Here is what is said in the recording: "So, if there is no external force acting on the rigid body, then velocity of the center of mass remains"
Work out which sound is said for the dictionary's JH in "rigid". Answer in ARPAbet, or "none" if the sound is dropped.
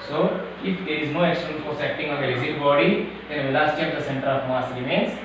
Z